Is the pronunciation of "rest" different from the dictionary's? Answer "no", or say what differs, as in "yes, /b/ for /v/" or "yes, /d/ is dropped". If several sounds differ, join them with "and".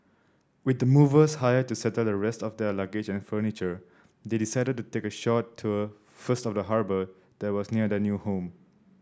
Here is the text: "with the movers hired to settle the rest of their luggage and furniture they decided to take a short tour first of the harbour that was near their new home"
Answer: no